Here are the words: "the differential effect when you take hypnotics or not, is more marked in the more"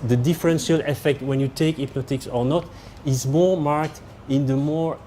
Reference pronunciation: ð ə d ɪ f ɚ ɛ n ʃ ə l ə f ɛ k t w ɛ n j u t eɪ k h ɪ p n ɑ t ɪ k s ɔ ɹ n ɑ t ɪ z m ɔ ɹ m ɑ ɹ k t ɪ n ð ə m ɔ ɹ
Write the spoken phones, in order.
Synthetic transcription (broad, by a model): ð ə d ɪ f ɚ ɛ n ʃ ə l ə f ɛ k t w ɛ n j u t eɪ k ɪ p n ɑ t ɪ k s ɔ ɹ n ɑ t ɪ z m ɔ ɹ m ɑ ɹ k t ɪ n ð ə m ɔ ɹ